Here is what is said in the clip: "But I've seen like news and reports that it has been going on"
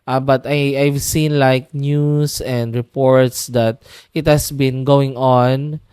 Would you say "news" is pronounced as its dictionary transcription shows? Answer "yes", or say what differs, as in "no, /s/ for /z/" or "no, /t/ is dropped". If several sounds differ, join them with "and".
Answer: no, /s/ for /z/